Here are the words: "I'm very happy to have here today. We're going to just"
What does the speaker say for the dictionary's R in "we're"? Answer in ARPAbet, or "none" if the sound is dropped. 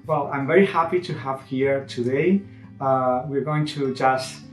R